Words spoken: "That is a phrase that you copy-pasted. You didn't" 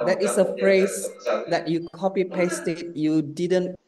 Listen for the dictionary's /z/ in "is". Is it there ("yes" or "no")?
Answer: no